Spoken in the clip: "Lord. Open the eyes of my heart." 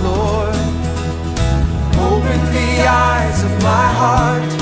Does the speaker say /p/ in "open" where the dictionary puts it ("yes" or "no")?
no